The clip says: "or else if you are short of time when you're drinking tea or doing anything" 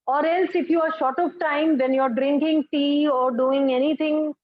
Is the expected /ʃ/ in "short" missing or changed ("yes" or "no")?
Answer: no